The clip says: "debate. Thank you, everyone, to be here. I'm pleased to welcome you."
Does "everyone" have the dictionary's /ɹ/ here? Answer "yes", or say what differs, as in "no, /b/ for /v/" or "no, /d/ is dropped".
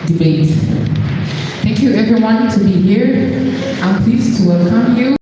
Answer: yes